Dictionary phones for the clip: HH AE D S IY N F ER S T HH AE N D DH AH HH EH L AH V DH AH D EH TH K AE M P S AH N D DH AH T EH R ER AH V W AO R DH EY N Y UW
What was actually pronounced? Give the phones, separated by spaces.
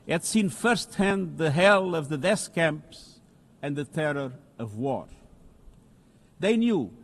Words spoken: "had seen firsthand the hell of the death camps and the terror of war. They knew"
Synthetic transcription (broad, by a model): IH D S IY N F ER S T HH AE N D DH AH HH EH L AH V DH AH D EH S K AE M P S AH N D DH AH T EH R ER AH V W AO R DH EY N Y UW